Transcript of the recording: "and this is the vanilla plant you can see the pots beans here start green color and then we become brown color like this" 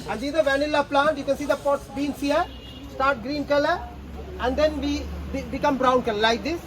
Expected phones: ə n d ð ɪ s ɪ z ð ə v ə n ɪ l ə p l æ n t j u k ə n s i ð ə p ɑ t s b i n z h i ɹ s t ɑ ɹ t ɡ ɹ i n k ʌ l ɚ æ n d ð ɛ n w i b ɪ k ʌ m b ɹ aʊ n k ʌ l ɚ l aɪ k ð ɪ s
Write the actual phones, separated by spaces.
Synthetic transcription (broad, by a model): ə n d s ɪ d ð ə v ə n ɪ l ə p l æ n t j u k ə n s i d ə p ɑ t s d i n s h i ɹ s t ɑ ɹ t ɡ ɹ i n k ʌ l ɚ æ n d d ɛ n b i b ɪ k ʌ m b ɹ aʊ n k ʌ l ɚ l aɪ k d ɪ s